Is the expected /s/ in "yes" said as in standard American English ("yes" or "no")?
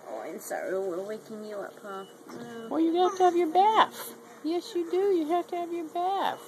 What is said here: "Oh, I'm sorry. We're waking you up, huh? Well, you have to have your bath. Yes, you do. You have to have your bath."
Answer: yes